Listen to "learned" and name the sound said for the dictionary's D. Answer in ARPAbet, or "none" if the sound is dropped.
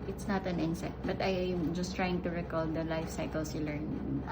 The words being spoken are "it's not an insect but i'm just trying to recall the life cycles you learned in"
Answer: none